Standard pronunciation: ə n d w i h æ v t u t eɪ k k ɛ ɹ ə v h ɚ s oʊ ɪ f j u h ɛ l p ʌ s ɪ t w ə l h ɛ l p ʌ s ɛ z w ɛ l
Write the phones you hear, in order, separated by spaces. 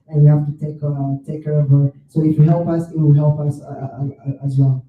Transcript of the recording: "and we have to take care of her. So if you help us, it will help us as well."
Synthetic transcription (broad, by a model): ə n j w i h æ f t u t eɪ k k ɛ ɹ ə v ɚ s oʊ ɪ f j u h ɛ l p ʌ s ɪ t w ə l h ɛ l p ʌ s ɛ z w ɛ l